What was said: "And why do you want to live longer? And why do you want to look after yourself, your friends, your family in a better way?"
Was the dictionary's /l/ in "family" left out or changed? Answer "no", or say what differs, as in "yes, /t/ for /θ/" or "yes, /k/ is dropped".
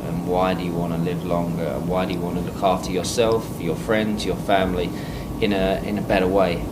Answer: yes, /n/ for /l/